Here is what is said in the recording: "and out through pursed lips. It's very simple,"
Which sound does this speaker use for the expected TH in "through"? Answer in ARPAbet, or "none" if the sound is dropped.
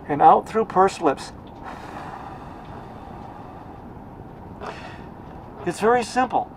TH